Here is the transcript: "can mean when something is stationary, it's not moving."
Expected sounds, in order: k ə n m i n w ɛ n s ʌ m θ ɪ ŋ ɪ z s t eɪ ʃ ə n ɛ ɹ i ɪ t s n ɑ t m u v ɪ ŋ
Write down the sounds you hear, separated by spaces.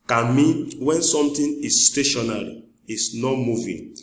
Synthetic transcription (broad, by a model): k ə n m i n w ɛ n s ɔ m t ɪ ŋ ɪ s t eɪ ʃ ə n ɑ ɹ i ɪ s n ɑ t m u v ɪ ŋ